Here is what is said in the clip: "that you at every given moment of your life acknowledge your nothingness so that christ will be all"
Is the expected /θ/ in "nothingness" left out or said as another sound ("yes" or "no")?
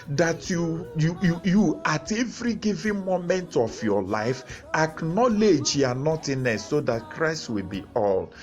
yes